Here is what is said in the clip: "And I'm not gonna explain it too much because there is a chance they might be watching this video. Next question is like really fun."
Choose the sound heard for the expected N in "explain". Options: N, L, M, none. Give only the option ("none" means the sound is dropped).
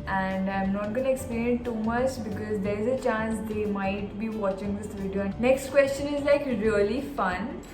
none